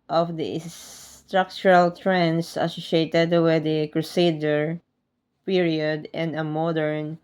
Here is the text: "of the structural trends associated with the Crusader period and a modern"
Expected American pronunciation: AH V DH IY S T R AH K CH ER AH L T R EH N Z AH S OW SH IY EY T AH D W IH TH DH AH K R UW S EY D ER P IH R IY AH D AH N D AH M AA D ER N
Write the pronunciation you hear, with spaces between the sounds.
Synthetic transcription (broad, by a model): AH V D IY S T R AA K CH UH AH L T R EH N S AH S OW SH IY EY T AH D W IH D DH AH K R UW S EY D ER P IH R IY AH D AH N AH M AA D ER N